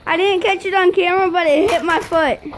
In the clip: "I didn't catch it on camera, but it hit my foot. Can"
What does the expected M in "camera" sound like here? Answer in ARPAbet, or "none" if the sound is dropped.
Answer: none